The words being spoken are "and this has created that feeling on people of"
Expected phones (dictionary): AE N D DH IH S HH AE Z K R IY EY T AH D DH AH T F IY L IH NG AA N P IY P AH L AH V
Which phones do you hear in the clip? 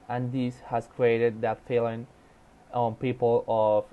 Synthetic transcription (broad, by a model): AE N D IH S HH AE S K R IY EY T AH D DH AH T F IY L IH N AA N P IY P AH L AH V